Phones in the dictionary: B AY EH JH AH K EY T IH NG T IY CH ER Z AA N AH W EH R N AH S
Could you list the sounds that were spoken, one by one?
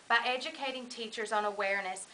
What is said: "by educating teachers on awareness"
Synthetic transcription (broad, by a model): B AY EH JH AH K EY T IH NG T IY CH ER Z N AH W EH R N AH S